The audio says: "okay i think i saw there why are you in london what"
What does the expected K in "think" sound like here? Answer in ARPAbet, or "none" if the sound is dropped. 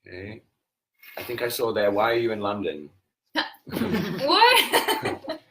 K